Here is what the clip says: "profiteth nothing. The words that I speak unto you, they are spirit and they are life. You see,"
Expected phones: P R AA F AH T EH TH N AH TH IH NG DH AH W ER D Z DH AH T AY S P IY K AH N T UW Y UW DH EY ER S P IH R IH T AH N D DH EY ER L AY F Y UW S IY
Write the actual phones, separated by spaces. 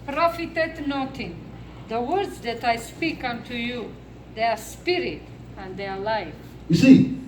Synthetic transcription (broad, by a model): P R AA F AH T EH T N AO T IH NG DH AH W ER D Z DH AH T AY S P IY K AH N T UW Y UW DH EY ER S P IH R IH T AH N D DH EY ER L AY F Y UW S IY